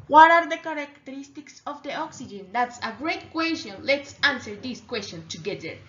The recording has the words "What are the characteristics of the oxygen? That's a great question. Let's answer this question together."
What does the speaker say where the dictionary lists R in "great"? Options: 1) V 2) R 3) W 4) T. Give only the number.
2